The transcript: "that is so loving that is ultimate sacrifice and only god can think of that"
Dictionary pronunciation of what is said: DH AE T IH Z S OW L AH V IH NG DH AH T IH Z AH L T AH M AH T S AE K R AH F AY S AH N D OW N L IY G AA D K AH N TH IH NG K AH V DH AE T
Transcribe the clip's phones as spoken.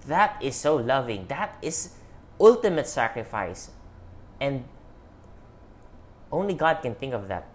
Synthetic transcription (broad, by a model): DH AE T IH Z S OW L AH V IH NG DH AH T IH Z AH L T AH M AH T S AE K R AH F AY S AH N D OW N L IY G AA D K AH N TH IH NG K AH V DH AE T